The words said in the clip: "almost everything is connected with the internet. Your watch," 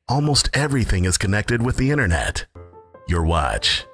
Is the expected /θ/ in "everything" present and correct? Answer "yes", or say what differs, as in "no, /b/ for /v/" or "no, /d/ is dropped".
yes